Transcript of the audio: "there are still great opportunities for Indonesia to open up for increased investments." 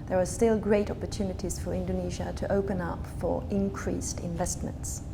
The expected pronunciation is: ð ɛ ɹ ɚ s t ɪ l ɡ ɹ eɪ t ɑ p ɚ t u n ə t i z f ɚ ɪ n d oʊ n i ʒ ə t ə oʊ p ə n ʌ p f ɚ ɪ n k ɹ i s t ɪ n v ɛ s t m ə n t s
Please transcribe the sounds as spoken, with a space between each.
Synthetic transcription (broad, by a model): ð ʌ ɹ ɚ s t ɪ l ɡ ɹ eɪ t ɑ p ɚ t u n ə t i z f ɚ ɪ n d oʊ n i ʒ ə t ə oʊ p ə n ʌ p f ɚ ɪ n k ɹ i s t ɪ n v ɛ s t m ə n t s